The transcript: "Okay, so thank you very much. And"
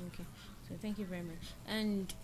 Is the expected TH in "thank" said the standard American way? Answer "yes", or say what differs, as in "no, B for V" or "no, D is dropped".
yes